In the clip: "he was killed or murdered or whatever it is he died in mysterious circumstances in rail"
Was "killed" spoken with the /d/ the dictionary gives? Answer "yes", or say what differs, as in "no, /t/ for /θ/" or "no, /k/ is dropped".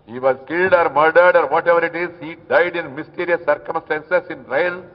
yes